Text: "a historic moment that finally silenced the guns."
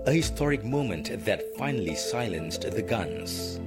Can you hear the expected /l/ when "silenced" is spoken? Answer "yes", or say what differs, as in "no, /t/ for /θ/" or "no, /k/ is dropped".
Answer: yes